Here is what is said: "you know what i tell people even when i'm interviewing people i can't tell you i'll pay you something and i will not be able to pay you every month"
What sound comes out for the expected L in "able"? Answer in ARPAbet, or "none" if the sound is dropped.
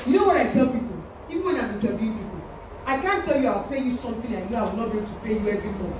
N